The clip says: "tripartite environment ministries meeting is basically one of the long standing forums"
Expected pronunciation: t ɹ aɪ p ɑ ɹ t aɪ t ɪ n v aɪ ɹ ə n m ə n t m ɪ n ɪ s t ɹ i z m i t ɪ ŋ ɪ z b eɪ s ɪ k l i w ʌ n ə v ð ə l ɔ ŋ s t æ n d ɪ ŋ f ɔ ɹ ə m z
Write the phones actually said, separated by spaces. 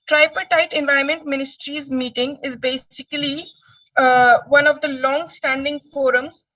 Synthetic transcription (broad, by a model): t ɹ aɪ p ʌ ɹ t aɪ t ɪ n v aɪ ə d m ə n t m ɪ n ɪ s t ɹ i z m i t ɪ ŋ ɪ z b eɪ s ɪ k l i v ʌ n ə v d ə l ɔ ŋ s t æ n d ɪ ŋ f ɔ ɹ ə m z